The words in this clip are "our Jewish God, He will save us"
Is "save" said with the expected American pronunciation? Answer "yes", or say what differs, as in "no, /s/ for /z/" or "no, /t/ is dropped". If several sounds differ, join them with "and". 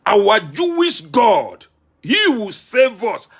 yes